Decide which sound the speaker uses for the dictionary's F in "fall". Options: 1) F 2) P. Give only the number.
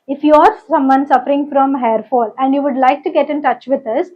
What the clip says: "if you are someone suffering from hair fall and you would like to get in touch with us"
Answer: 1